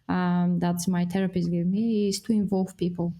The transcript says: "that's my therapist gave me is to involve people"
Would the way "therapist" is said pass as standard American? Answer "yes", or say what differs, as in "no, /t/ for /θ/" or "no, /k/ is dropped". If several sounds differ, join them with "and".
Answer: no, /t/ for /θ/